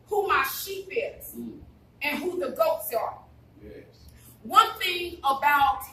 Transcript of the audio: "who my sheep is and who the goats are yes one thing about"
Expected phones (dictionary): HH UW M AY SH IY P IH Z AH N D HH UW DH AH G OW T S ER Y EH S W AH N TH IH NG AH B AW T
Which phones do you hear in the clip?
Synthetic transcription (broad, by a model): HH UW M AY SH IY P IH Z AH N HH UW DH AH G OW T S ER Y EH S W AH N TH IH NG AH B AW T